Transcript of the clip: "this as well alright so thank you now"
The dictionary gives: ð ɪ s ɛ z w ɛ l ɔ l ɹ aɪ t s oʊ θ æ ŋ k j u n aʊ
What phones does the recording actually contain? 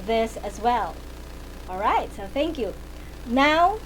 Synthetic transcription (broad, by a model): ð ɪ s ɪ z w ɛ l ɔ l ɹ aɪ t s oʊ θ æ ŋ k j u n aʊ